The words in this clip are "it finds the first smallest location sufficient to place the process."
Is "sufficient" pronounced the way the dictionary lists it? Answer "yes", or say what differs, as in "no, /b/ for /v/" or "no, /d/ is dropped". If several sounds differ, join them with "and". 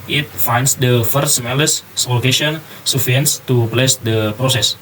no, /ʃ/ is dropped